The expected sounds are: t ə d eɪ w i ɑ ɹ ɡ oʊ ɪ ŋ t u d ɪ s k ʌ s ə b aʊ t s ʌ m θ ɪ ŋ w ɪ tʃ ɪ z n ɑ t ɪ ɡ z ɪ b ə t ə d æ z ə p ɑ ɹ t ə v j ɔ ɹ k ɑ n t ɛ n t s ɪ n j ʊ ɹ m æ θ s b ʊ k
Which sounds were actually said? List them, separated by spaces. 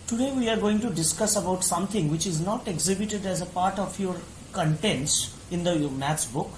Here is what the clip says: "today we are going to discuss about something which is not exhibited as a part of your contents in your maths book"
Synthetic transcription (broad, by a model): t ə d eɪ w i ɑ ɹ ɡ oʊ ɪ ŋ t u d ɪ s k ʌ s ə b aʊ t s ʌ m t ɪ ŋ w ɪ tʃ ɪ z n ɑ t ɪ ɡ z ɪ b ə t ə d æ z ə p ɑ ɹ t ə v j ɔ ɹ k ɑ n t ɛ n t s ɪ n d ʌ m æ t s b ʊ k